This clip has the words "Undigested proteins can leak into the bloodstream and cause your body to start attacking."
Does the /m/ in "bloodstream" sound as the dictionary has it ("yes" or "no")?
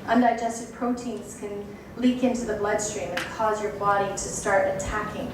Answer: yes